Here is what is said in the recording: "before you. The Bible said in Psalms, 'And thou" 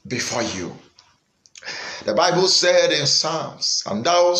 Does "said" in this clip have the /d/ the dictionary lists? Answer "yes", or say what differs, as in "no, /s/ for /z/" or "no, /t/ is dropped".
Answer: yes